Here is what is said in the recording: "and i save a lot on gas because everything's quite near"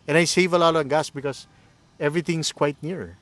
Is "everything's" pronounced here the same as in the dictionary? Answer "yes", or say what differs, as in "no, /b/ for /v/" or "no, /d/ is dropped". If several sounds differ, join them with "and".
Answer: no, /s/ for /z/